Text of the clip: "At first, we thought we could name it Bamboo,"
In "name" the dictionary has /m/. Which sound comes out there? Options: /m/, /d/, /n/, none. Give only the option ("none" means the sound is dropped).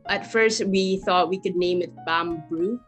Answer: /m/